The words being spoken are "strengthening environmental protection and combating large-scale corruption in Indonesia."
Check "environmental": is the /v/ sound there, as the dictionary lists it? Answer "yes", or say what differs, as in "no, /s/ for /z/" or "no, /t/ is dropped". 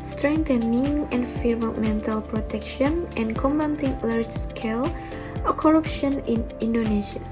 no, /f/ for /v/